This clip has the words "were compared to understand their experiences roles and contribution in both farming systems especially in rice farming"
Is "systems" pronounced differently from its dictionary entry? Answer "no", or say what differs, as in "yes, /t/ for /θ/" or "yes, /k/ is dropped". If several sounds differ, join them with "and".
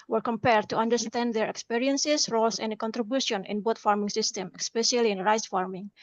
yes, /z/ is dropped